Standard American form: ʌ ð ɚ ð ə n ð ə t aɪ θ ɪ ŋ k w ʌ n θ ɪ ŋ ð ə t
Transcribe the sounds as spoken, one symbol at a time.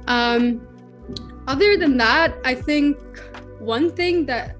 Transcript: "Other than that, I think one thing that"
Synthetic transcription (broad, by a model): ʌ ð ɚ ð ə n ð ə t aɪ θ ɪ ŋ k w ʌ n θ ɪ ŋ ð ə t